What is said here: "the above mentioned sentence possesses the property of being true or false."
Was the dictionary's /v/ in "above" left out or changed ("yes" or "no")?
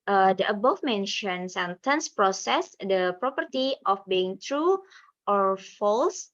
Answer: yes